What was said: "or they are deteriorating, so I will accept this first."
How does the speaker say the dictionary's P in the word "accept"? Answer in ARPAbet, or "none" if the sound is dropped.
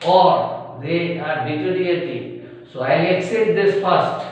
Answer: none